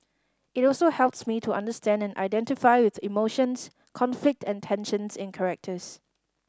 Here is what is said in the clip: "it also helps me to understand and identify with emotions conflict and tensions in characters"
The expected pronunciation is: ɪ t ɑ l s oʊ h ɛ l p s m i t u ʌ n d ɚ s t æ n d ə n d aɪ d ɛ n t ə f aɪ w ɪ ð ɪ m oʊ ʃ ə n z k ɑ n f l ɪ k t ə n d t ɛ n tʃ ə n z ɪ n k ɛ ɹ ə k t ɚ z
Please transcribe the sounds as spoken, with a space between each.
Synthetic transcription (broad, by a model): ɪ t ɑ l s oʊ h ɛ l p s m i t u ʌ n d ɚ s t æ n d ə n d aɪ d ɛ n t ə f aɪ w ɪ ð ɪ m oʊ ʃ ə n s k ɑ n f l ɪ k t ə n t ɛ n ʃ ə n s ɪ n k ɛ ɹ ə k t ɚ s